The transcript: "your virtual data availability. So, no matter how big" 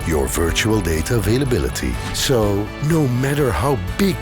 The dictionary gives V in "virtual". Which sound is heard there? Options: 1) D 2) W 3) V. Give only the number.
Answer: 3